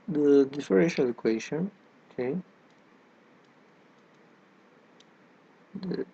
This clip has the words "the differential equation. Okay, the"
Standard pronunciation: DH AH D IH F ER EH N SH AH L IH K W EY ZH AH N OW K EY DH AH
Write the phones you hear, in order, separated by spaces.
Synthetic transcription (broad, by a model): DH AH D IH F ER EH SH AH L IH K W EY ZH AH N OW K EY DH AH